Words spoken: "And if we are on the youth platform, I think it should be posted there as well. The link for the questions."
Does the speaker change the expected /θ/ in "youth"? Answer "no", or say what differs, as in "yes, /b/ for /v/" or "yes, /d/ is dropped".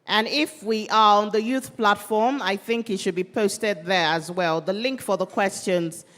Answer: no